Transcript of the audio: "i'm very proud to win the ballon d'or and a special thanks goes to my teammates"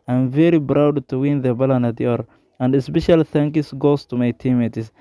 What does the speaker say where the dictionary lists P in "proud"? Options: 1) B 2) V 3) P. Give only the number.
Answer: 1